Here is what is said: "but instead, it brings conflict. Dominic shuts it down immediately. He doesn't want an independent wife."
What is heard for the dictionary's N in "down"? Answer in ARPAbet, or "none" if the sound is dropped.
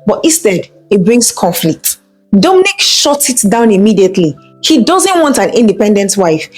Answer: N